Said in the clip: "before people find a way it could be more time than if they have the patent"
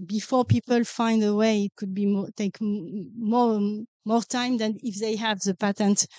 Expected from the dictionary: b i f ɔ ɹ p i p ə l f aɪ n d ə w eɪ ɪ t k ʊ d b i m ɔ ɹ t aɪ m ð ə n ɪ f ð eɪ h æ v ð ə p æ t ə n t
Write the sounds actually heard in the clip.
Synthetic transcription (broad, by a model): b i f ɔ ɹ p i p ə l f aɪ n d ə w eɪ ɪ t k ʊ d b i m ɔ ɹ t aɪ m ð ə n ɪ f ð eɪ h æ v ð ə p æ t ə n t